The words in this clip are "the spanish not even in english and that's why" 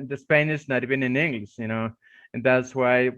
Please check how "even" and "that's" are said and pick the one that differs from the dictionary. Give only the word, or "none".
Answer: even